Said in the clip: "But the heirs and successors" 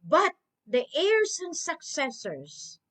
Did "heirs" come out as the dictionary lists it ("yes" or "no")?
no